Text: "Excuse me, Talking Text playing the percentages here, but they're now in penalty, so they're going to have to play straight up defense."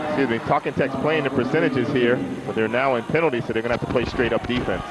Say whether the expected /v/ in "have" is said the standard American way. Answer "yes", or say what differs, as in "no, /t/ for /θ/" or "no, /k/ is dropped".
no, /f/ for /v/